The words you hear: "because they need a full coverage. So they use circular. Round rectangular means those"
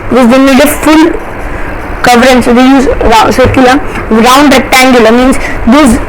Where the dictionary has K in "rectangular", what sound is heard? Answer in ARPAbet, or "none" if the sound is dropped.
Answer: none